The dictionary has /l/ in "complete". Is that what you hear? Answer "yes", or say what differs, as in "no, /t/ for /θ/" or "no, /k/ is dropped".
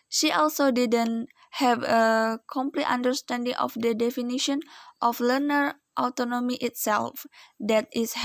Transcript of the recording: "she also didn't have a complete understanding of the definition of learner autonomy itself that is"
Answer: yes